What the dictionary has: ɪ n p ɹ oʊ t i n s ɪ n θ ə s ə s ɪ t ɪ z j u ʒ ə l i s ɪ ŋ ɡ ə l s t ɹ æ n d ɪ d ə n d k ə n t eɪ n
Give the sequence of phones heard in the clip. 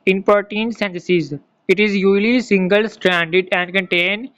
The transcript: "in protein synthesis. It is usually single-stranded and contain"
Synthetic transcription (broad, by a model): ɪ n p oʊ t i n s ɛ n t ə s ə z ɪ t ɪ z j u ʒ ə l i s ɪ ŋ ɡ ə l s t ɹ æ n d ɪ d ə n d k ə n t eɪ n